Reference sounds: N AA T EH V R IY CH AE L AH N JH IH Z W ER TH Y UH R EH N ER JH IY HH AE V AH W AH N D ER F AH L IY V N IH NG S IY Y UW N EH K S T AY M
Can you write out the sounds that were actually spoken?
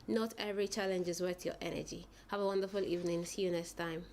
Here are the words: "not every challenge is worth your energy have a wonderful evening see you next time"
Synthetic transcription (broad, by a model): N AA T EH V R IY CH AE L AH N JH IH Z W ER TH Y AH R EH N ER JH IY HH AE V AH W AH N D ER F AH L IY V N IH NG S Y UW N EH S T AY M